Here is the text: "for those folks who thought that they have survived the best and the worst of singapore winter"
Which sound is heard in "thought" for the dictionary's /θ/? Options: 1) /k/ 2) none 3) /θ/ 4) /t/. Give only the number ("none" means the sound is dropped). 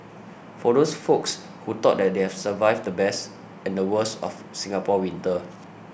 4